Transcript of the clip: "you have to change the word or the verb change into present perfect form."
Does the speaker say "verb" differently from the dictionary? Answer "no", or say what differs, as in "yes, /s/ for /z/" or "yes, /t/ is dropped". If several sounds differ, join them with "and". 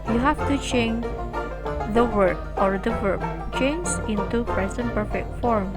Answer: yes, /w/ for /v/